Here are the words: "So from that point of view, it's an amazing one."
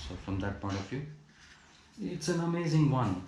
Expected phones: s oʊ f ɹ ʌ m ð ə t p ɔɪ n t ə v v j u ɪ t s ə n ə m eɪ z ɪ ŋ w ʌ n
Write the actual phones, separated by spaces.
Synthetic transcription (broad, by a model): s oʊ f ɹ ʌ m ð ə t p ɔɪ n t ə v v j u ɪ t s ə n ə m eɪ z ɪ ŋ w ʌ n